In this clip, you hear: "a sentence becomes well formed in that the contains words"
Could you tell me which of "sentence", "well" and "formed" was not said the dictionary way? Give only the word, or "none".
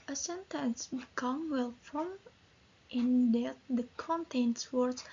formed